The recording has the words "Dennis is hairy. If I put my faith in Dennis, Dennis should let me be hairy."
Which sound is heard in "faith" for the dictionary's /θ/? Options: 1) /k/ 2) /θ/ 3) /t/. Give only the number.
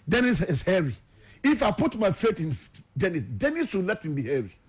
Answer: 3